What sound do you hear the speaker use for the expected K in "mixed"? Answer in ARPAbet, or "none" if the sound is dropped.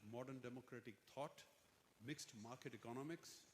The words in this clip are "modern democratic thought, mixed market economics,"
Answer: K